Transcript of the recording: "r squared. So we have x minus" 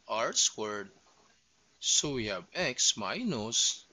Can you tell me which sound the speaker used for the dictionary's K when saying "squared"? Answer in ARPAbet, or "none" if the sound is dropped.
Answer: none